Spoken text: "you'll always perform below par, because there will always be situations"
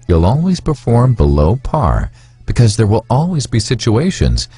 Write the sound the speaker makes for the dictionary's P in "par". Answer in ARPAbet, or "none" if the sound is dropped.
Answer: P